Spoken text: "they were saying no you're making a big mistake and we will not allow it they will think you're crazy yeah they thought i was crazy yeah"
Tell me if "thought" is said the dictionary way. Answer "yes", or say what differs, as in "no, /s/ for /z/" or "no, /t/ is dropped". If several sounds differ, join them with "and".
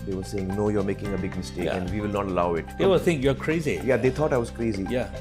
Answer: no, /t/ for /θ/